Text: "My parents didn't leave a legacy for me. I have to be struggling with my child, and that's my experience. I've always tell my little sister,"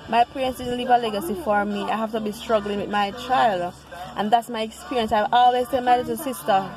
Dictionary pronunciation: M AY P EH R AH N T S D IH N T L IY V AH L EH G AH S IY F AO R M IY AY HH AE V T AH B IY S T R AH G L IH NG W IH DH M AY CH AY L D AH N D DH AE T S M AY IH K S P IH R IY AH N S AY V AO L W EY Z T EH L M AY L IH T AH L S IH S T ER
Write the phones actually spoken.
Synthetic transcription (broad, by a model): M AY P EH R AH N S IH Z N L IY V AH L EH G AH S IY F AO R M IY AY HH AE F T AH B IY S T R AH G L IH NG W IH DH M AY CH AY L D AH N DH AE T S M AY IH K S P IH R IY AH N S AY V AO L W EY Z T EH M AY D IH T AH S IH S T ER